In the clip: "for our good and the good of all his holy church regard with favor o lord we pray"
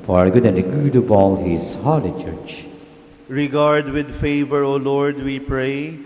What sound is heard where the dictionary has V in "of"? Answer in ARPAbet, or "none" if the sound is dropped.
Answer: B